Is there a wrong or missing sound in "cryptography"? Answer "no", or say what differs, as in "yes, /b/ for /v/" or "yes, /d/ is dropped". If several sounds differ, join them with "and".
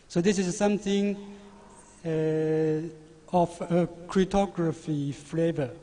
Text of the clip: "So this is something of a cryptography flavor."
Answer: yes, /p/ is dropped